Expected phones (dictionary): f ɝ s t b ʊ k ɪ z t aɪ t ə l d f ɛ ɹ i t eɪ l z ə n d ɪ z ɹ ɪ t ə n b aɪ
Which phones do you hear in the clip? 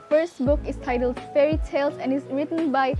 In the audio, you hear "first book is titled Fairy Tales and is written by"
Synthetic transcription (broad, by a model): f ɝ s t b ʊ k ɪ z t aɪ t ə l d f ɛ ɹ i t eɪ l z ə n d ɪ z ɹ ɪ t ə n b aɪ